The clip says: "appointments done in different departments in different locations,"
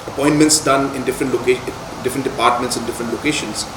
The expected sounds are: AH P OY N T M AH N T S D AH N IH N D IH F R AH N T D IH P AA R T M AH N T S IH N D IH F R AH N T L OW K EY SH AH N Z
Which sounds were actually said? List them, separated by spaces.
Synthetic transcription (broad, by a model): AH P OY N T M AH N T S D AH N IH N D IH F R AH N T D IH P AA R T M AH N T S IH N D IH F R AH N T L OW K EY SH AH N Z